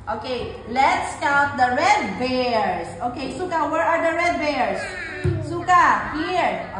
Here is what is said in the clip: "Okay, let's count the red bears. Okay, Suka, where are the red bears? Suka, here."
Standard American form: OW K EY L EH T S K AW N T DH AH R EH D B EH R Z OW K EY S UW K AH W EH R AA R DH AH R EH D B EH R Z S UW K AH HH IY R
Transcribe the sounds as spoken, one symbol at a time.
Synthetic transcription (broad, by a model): OW K EY L EH T S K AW T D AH R EH D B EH R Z OW K EY S UW K AH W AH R AA R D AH R EH D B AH R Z S UW K AH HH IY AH